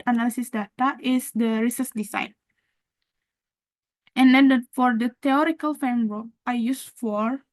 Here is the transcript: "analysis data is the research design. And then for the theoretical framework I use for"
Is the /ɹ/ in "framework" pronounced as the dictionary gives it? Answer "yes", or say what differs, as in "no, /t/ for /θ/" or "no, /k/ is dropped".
no, /ɹ/ is dropped